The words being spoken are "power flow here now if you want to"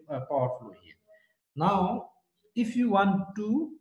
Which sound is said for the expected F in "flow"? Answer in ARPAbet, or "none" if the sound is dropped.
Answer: F